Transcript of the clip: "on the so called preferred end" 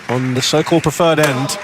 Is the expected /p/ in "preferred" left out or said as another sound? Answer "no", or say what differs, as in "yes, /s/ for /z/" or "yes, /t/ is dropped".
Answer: no